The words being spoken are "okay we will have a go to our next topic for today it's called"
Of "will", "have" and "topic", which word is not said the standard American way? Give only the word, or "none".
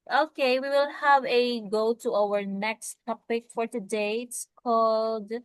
none